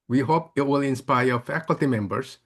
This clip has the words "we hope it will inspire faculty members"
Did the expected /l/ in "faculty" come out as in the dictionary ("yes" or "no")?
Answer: yes